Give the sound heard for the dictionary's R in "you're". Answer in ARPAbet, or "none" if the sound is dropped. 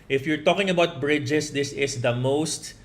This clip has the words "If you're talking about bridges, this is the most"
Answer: R